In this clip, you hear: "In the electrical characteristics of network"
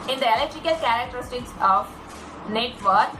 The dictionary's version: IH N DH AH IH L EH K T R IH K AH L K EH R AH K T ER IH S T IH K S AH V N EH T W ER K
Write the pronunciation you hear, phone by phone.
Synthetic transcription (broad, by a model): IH N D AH IH L EH K T R IH K AH L K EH R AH K T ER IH S T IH K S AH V N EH T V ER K